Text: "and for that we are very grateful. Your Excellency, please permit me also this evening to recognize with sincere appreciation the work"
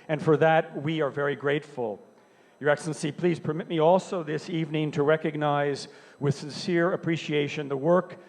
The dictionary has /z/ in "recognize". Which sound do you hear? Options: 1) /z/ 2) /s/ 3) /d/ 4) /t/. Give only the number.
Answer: 1